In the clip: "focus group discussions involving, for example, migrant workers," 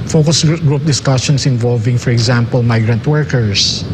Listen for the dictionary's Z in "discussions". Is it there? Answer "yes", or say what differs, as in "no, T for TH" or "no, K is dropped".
no, S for Z